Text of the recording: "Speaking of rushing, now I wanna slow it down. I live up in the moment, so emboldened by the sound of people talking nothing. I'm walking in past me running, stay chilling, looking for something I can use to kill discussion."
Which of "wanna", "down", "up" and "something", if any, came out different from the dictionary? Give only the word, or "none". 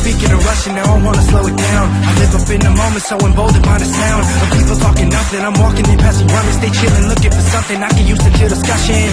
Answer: up